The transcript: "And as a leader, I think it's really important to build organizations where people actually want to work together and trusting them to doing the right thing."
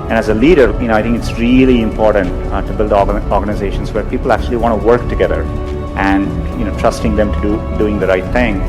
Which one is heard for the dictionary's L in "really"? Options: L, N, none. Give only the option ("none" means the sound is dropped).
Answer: L